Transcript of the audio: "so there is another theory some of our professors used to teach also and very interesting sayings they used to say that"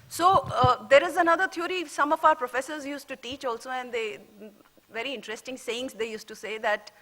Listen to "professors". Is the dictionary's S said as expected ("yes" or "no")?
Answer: yes